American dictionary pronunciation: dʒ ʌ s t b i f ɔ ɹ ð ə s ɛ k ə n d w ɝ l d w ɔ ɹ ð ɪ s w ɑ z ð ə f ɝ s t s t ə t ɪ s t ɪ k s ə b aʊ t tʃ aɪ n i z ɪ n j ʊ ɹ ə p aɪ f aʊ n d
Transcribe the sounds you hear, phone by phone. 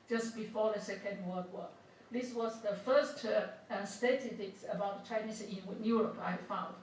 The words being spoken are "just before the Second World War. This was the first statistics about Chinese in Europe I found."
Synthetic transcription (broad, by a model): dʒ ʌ s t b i f ɔ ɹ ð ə s ɛ k ə n d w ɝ d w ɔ ð ɪ s w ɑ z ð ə f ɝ s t s t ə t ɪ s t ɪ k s ə b aʊ t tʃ aɪ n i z ɪ n j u ɹ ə p aɪ f aʊ n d